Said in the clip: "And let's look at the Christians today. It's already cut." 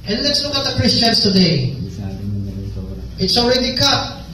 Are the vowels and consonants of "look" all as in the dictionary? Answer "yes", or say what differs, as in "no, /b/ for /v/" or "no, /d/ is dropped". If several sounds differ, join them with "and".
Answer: no, /n/ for /l/ and /k/ is dropped